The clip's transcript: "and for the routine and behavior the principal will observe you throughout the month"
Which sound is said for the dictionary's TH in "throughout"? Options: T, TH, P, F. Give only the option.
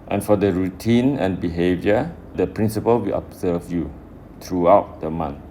T